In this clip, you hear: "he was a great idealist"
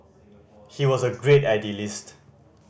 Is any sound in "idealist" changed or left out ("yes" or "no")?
no